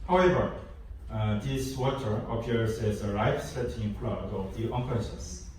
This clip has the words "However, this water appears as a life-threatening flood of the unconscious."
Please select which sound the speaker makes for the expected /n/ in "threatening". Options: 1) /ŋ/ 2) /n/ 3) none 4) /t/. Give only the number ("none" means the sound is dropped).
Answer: 3